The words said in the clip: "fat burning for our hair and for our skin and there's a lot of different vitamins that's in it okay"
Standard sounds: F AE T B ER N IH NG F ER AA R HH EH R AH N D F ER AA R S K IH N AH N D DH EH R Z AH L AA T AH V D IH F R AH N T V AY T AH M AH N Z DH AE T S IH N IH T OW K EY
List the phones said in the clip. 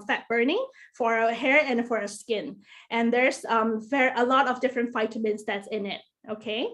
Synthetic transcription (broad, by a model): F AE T B ER N IH NG F ER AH HH EH R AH N F ER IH S K IH N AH N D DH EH R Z AH L AA T AH V D IH F R AH N T F AY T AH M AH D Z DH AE T S IH N IH T OW K EY